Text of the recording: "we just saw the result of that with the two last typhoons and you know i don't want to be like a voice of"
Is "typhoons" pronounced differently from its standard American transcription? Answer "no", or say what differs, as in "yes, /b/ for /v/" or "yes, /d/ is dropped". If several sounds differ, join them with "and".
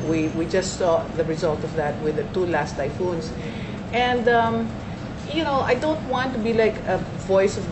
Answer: yes, /s/ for /z/